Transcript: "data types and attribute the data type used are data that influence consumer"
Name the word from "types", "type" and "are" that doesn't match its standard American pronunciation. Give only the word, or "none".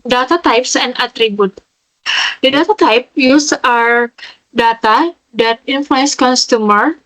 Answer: none